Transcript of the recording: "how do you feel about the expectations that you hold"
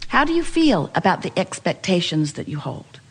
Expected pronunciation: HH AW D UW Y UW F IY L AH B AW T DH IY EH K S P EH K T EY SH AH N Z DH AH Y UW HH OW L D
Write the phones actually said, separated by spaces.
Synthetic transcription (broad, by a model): HH AW D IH Y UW F IY L AH B AW T DH IY EH K S P EH K T EY SH AH N Z DH AH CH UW HH OW L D